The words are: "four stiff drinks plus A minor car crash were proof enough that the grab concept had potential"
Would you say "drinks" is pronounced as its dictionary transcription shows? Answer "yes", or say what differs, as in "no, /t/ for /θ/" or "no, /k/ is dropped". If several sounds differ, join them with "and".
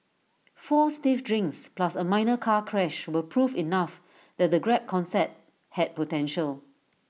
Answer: yes